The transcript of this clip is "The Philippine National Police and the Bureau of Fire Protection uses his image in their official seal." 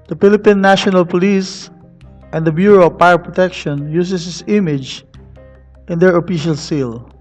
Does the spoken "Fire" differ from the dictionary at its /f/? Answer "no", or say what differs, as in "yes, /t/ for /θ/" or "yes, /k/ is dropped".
yes, /p/ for /f/